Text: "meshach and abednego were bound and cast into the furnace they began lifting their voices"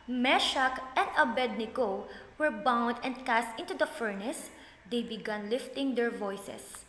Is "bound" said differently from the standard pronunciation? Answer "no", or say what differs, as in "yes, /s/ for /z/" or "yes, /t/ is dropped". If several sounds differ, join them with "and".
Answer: no